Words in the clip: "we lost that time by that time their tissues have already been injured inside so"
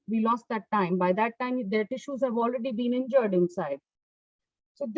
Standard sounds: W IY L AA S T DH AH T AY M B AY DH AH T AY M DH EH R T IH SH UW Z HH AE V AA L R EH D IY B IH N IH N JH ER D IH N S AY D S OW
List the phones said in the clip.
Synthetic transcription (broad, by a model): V IY L AA S T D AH T AY M B AY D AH T AY M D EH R T IH SH UW Z HH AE V AA L R EH D IY B IH N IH N JH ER D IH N S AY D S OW